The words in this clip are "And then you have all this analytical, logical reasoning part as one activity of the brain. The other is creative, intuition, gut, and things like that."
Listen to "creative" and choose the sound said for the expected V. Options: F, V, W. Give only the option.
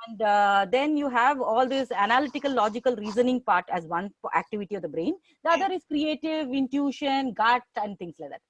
V